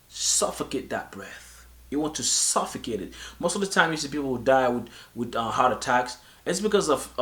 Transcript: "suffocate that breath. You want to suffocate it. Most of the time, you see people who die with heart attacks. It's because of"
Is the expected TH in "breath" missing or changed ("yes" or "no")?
no